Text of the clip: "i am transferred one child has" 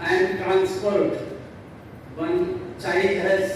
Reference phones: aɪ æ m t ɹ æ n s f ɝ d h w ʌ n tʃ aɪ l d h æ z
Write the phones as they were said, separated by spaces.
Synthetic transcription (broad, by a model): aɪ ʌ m t ɹ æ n s p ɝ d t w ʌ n tʃ aɪ d h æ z